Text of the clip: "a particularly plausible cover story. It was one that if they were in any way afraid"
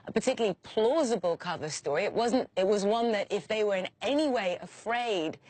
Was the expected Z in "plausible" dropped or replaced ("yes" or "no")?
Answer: no